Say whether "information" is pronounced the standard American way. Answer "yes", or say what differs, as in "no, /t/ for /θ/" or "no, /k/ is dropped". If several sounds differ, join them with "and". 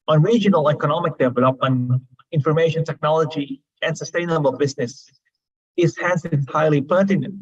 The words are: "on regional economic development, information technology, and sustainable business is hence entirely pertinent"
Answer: yes